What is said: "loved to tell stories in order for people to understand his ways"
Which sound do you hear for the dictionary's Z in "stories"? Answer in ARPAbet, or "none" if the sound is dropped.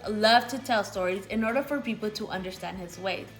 Z